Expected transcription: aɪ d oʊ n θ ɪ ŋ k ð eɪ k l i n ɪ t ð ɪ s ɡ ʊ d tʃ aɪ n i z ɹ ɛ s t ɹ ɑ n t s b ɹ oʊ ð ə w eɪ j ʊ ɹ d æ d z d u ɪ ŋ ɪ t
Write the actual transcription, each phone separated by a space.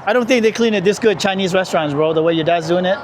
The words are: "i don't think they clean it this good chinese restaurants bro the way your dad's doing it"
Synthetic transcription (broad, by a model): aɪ d oʊ n θ ɪ ŋ k ð eɪ k l i n ɪ t ð ɪ s ɡ ʊ d tʃ aɪ n i z ɹ ɛ s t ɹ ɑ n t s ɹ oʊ ð ə w eɪ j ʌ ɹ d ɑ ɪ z d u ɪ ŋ ɪ t